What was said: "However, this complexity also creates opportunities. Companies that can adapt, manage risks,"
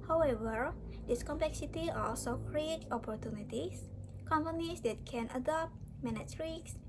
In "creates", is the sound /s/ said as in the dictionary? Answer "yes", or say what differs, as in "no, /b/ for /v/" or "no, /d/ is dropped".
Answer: no, /s/ is dropped